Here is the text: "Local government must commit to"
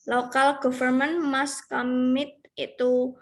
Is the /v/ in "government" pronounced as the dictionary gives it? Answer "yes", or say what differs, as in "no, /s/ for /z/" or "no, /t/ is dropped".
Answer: no, /f/ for /v/